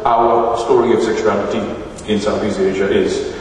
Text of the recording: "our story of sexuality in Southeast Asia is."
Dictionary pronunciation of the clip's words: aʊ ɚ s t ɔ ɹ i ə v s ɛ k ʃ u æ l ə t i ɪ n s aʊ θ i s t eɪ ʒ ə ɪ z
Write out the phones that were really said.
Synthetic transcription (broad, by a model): aʊ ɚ s t ɔ ɹ i ə v s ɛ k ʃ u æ n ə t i ɪ n s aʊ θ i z eɪ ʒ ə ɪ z